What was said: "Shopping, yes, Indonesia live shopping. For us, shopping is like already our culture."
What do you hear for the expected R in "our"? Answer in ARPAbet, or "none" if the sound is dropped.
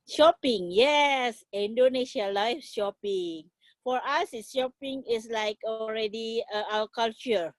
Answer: L